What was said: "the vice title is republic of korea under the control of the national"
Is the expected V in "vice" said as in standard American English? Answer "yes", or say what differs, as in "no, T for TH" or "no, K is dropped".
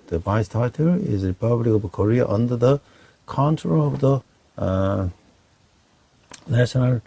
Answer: no, B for V